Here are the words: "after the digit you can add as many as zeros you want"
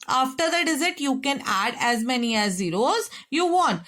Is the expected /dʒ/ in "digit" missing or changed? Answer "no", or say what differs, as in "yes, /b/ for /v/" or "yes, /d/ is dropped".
yes, /z/ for /dʒ/